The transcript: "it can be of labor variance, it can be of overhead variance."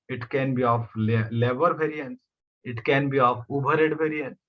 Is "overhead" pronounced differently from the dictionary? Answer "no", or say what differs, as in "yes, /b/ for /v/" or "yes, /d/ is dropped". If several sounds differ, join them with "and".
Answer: yes, /b/ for /v/